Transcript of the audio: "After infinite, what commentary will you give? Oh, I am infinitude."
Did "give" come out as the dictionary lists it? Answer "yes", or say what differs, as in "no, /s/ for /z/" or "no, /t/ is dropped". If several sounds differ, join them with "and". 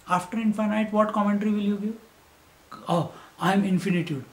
no, /v/ is dropped